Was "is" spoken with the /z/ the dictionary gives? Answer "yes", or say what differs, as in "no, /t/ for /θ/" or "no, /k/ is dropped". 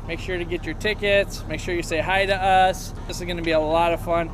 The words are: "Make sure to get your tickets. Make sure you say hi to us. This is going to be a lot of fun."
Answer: yes